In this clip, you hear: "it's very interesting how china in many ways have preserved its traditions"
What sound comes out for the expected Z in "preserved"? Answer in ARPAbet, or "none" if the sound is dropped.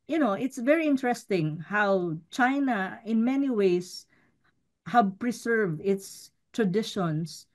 S